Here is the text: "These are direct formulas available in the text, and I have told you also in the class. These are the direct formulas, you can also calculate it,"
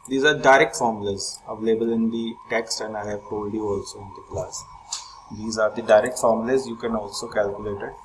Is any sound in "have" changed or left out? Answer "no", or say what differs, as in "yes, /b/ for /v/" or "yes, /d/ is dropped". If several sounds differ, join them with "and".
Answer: yes, /p/ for /v/